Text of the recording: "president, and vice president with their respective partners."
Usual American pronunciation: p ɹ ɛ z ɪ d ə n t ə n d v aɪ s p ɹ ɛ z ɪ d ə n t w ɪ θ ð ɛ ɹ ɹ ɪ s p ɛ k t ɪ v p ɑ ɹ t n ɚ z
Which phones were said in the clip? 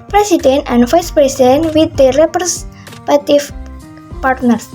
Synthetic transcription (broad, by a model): p ɹ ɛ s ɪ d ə n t ə n d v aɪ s p ɹ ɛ s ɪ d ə n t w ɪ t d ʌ ɹ ɹ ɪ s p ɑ t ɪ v p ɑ ɹ t n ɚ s